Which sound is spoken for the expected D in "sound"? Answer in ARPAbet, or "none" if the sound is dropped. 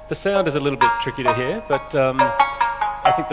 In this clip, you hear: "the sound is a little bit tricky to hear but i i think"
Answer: D